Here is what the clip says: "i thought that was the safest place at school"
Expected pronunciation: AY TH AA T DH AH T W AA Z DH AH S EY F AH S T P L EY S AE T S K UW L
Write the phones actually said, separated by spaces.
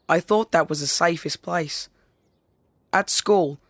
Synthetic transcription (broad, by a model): AY TH AA T DH AH T W AA Z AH S EY F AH S P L EY S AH T S K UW L